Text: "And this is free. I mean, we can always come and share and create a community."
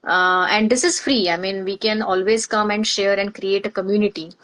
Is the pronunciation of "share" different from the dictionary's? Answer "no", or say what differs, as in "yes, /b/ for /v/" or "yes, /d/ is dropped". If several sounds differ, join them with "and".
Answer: no